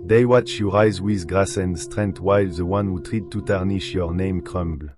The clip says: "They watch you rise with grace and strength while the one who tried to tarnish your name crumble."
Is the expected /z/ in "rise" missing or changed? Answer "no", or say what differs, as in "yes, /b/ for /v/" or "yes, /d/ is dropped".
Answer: no